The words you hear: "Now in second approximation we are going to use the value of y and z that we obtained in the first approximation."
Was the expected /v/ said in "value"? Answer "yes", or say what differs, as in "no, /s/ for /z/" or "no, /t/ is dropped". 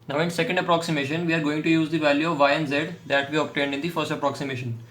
yes